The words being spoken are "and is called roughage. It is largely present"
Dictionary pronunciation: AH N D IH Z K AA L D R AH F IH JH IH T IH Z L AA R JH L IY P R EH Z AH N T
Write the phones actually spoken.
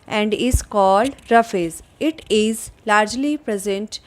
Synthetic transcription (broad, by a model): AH N D IH Z K AA L D R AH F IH Z IH T IH Z L AA R JH L IY P R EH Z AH N T